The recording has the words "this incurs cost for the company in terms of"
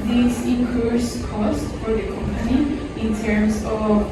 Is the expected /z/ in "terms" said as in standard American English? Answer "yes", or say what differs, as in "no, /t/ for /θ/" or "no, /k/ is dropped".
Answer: no, /s/ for /z/